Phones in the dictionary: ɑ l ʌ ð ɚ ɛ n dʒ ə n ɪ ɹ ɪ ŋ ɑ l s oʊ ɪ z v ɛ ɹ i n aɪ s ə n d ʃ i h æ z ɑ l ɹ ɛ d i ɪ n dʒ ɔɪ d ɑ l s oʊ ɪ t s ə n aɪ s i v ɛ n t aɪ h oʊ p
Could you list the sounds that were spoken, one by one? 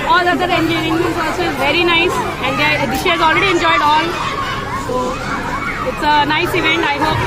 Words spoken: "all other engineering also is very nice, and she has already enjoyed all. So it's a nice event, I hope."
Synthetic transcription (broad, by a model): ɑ l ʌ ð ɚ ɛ n dʒ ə ɪ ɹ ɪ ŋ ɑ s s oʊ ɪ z v ɛ ɹ i n aɪ s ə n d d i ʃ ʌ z ɑ l ɹ ɛ d i ɪ n dʒ ɔɪ d ɑ l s oʊ ɪ t s ə n aɪ s i v ɛ n t aɪ h oʊ p